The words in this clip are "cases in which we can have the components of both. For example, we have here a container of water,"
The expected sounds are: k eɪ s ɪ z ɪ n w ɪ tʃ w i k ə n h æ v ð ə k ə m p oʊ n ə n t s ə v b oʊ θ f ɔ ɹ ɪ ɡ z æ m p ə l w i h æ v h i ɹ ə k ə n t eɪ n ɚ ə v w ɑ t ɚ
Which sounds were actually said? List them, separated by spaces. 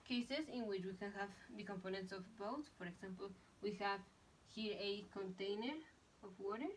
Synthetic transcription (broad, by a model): k eɪ s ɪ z ɪ n w ɪ tʃ w i k ə n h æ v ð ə k ə m p oʊ n ə n t s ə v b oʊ t f ɔ ɹ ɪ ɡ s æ m p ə l w i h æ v h i ɹ ə k ə n t eɪ n ɚ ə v w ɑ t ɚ